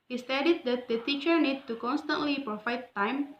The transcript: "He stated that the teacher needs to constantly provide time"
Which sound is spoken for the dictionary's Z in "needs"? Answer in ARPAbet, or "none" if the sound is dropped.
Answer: none